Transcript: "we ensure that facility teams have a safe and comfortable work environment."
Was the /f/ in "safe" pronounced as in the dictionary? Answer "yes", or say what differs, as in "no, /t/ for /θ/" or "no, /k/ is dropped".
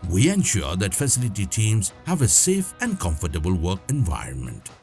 yes